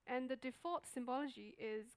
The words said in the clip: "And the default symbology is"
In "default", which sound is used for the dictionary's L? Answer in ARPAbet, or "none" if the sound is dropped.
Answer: none